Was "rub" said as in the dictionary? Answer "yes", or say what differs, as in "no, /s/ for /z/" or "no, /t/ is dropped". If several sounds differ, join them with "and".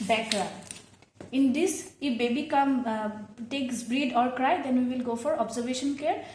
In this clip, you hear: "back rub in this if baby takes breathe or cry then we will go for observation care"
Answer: no, /b/ is dropped